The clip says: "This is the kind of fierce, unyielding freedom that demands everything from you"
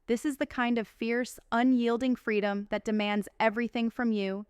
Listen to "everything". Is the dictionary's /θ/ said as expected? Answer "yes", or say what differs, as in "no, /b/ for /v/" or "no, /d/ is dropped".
yes